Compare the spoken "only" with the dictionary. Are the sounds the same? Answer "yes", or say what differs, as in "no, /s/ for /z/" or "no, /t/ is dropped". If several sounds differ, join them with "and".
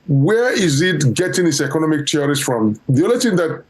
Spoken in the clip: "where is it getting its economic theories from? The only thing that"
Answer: no, /n/ is dropped